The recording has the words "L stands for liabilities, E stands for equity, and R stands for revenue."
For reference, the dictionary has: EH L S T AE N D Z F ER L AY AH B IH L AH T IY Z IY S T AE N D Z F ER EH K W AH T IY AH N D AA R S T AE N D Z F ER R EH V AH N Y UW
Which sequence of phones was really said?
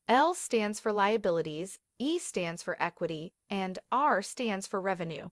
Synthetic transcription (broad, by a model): EH L S T AE N D Z F ER L AY AH B IH L AH T IY Z IY S T AE N D Z F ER EH K W AH T IY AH N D AA R S T AE N D Z F ER R EH V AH N Y UW